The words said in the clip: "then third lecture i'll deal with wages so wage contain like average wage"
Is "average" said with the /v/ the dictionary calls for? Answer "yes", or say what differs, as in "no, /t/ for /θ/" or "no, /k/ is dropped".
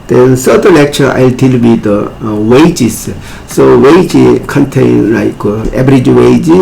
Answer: no, /b/ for /v/